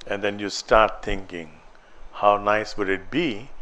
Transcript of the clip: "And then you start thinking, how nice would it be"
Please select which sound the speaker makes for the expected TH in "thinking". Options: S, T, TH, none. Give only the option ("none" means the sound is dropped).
T